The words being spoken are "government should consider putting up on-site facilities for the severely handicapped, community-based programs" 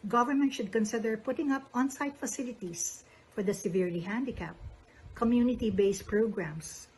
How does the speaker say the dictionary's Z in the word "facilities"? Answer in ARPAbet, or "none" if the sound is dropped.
S